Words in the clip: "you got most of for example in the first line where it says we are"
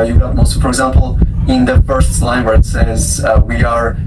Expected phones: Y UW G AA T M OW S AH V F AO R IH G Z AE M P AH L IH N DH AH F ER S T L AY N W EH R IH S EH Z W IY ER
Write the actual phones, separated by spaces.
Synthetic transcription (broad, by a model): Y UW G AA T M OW AH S F AO R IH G Z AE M P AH L IH N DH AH F ER S T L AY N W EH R IH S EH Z W IY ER